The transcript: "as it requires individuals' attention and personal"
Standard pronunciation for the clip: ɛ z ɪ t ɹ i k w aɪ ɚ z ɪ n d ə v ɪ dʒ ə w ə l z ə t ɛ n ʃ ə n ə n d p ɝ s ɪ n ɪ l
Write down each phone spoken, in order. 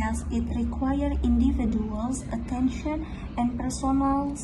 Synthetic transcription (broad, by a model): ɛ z ɪ t ɹ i k w aɪ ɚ ɪ n d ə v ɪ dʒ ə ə l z ə t ɛ n ʃ ə n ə n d p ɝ s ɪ n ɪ l